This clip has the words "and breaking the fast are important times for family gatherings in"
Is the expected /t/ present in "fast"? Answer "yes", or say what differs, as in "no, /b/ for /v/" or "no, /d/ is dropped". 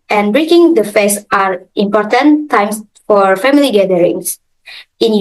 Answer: no, /t/ is dropped